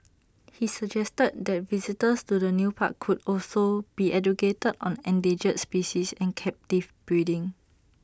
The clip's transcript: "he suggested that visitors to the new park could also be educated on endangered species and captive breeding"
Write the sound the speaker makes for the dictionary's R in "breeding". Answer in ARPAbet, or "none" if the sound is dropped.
none